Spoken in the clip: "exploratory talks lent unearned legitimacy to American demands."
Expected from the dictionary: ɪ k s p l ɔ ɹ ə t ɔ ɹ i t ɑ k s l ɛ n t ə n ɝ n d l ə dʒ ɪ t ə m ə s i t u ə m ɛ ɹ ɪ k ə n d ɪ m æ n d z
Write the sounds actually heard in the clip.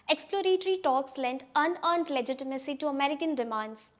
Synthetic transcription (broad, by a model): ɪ k s p l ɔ ɹ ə t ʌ ɹ i t ɑ k s l ɛ n t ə n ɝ n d l ə dʒ ɪ t ə m ə s i t u ə m ɛ ɹ ɪ k ə n d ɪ m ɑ n d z